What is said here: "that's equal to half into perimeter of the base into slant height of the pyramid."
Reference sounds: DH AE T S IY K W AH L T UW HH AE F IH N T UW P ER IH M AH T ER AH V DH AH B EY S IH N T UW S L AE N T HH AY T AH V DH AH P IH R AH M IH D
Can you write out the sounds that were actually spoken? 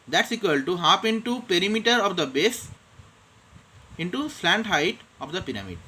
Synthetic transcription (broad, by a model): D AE T S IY K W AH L T UW HH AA P IH N T UW P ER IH M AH T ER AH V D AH B EY S IH N T UW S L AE N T HH AY T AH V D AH P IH R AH M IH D